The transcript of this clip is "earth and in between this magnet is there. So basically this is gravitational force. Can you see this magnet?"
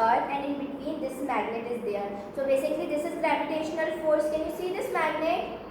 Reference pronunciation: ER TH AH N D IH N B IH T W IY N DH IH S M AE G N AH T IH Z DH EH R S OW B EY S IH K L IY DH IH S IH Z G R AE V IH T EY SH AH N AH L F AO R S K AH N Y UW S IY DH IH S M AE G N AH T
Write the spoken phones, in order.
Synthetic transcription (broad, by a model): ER AH N D IH N B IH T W IY N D IH S M AE G N AH T IH Z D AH R S OW B EY S IH K L IY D IH S IH Z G R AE P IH T EY SH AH N AH L F AO R S K AH N Y UW S IY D IH S M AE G N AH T